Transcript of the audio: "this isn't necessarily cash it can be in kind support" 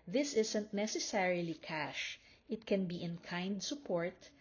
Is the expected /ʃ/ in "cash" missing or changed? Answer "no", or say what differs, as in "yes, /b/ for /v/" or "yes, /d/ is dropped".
no